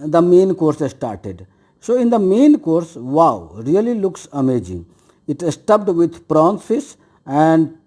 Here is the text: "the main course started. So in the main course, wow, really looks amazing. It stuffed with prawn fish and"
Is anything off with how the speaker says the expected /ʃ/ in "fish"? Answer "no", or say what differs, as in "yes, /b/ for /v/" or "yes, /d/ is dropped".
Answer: yes, /s/ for /ʃ/